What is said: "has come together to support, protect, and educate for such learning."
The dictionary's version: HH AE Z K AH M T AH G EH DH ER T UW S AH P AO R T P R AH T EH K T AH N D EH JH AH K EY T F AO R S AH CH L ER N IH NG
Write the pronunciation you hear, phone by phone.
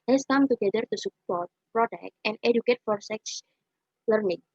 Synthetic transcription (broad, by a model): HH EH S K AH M T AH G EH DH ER T UW S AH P AO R T P R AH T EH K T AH N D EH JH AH K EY T F AO R S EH S L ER N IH NG